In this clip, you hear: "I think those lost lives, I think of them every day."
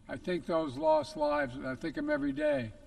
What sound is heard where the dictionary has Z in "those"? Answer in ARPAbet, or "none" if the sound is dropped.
Z